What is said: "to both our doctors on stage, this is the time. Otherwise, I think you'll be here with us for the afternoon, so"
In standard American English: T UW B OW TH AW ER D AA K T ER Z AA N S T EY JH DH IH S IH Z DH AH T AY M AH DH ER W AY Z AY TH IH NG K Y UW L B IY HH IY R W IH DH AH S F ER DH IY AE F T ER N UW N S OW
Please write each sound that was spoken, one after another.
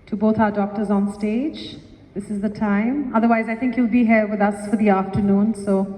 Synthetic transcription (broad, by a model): T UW B OW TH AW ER D AA K T ER Z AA N S T EY JH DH IH S IH Z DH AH T AY M AH DH ER W AY Z AY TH IH NG K Y UW L B IY HH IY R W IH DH AH S F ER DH IY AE F T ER N UW N S OW